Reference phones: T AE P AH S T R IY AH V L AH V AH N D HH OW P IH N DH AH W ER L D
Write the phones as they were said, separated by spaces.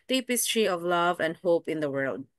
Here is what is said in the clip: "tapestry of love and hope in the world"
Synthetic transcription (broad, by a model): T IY P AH S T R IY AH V L AH V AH N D HH OW P IH N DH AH W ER L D